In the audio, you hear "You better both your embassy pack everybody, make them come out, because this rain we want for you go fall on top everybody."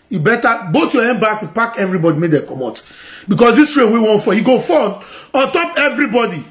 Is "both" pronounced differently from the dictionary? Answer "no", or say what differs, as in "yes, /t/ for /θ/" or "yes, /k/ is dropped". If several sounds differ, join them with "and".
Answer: yes, /t/ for /θ/